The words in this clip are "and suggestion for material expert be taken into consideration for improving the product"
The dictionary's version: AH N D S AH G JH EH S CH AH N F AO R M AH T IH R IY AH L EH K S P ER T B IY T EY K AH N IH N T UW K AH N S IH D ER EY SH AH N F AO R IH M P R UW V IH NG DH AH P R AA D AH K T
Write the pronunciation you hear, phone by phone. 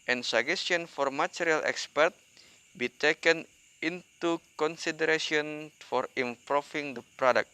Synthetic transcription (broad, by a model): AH N S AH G EH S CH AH N F AO R M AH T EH R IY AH L EH K S P ER T B IY T EY K AH N IH N T UW K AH N S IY D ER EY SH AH N F AO R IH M P R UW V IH NG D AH P R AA D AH K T